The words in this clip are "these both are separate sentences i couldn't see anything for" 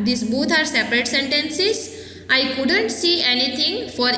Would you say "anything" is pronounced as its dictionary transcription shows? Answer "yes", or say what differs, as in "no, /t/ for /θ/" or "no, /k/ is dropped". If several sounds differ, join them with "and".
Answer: no, /t/ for /θ/